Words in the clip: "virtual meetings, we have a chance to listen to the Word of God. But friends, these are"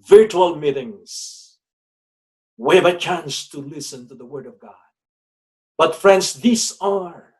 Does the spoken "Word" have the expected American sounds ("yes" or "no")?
yes